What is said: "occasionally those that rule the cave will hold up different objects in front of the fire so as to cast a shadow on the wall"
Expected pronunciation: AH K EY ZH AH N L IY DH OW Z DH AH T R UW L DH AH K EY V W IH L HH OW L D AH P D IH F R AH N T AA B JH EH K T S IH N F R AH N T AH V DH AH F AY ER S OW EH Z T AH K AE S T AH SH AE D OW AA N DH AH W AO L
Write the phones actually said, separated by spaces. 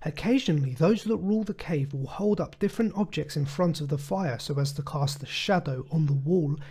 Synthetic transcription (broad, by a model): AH K EY ZH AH N L IY DH OW Z DH AH T R UW L DH AH K EY V W IH L HH OW L D AH P D IH F R AH N T AA B JH EH K T S IH N F R AH N T AH V DH AH F AY ER S OW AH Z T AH K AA S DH AH SH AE D OW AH N DH AH W AO L